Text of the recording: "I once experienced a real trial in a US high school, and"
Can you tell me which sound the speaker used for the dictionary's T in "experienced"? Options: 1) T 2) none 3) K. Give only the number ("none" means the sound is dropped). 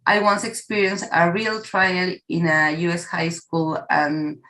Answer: 2